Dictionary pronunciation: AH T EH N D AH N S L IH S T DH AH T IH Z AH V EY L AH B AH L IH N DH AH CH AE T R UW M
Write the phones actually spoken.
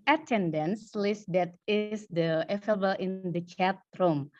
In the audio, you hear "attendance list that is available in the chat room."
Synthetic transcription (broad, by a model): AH T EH N D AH N S L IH S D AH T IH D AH EY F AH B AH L IH N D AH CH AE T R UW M